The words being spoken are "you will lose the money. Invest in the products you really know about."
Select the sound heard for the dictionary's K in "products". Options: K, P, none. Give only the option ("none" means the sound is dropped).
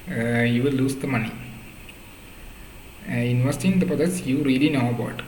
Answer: none